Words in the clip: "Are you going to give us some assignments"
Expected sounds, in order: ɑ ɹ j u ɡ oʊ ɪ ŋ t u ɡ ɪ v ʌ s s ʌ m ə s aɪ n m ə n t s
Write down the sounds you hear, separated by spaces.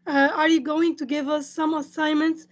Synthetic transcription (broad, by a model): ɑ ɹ j u ɡ oʊ ɪ ŋ t u ɡ ɪ v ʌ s s ʌ m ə s aɪ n m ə n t s